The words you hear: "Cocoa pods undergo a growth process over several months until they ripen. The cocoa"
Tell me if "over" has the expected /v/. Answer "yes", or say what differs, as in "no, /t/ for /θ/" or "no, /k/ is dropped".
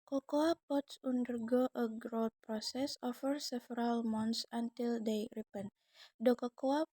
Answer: no, /f/ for /v/